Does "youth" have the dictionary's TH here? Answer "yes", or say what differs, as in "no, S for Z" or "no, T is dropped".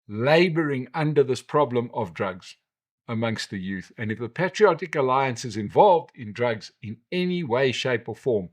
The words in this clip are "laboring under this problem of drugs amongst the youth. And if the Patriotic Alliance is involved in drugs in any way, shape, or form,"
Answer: yes